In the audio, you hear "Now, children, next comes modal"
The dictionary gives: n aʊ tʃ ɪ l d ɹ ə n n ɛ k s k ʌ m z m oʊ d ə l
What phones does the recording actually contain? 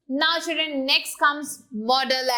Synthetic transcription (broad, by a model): n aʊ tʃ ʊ d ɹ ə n n ɛ k s k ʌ m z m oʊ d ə l